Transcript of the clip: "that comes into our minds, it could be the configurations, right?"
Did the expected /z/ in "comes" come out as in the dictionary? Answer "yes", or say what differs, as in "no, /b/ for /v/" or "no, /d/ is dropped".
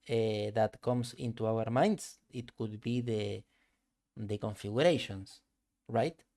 no, /s/ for /z/